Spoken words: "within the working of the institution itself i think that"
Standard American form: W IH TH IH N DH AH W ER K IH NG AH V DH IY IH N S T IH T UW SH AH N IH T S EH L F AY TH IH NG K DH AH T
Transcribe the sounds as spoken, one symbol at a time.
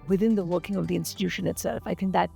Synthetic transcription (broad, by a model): W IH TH IH N DH AH W ER K IH NG AH V DH IY IH N S T IH T UW SH AH N IH T S EH L F AY TH IH NG K DH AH T